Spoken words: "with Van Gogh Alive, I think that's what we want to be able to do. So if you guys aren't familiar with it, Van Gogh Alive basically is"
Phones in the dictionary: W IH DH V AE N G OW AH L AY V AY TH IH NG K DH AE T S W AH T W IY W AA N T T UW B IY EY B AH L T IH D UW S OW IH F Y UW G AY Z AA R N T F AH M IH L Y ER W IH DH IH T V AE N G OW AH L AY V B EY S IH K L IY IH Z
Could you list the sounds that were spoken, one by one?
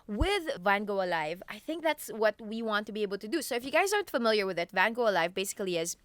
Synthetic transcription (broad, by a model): W IH DH V AE N G OW AH L AY V AY TH IH NG K DH AE T S W AH T W IY W AA N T T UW B IY EY B L T IH D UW S OW IH F Y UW G AY Z AA R N T F AH M IH L Y ER W IH DH IH T V AE N G OW AH L AY V B EY S IH K L IY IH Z